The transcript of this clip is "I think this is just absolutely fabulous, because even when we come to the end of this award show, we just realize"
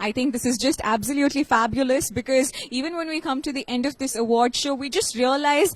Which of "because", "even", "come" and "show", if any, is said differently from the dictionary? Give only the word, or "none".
none